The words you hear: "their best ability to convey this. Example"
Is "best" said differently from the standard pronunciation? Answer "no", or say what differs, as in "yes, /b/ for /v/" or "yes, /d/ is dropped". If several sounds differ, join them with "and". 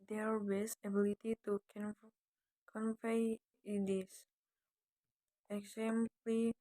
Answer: yes, /t/ is dropped